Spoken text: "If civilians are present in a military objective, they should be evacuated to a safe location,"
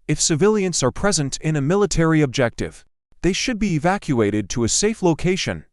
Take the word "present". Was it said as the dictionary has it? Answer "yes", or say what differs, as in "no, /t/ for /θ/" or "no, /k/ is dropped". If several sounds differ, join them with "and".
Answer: yes